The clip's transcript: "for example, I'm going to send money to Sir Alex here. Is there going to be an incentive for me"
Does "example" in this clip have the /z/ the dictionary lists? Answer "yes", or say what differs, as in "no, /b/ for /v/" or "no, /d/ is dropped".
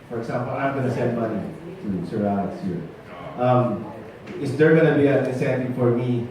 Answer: no, /s/ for /z/